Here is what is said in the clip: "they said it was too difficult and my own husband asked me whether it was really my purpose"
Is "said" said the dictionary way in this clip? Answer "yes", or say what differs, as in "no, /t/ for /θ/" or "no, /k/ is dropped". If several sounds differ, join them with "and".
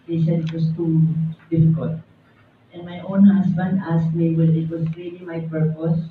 no, /ʃ/ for /s/